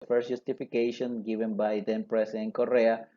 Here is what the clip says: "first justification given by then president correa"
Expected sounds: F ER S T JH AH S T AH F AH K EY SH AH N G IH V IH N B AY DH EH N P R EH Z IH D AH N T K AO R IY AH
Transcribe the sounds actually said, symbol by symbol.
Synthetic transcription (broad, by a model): F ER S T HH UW S T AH F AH K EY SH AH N G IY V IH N B AY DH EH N P R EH S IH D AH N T K AO R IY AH